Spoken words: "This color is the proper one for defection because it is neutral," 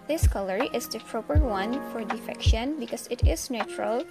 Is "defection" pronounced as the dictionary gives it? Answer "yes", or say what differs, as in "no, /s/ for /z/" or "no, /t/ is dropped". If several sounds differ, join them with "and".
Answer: yes